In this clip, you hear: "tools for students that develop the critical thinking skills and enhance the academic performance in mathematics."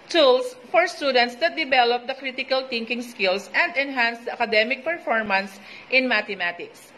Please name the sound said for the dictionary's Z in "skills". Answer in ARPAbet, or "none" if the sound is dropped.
S